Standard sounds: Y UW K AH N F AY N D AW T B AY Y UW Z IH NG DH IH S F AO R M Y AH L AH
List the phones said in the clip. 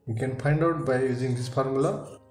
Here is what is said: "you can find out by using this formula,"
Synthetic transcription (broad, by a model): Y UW K AH N P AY N D AW T B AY Y UW Z IH NG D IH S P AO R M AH L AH